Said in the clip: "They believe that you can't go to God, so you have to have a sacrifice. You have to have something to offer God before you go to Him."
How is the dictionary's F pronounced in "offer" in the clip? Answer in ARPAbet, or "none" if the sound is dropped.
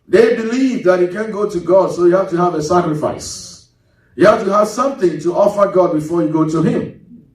F